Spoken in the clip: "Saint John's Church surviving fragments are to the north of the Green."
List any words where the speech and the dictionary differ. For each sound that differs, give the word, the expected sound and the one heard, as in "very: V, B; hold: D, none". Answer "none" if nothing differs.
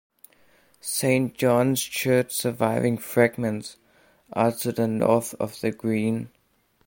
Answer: none